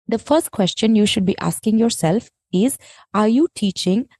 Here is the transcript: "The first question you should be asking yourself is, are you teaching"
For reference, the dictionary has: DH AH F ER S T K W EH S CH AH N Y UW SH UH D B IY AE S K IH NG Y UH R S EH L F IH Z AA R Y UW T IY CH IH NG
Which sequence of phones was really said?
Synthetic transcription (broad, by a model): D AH F ER S T K W EH S CH AH N Y UW SH UH D B IY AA S K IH NG Y UH R S EH L F IH Z AA R Y UW T IY CH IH NG